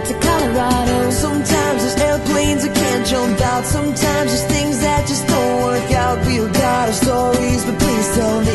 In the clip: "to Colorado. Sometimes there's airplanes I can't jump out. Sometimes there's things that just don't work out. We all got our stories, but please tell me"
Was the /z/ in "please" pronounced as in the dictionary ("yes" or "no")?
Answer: no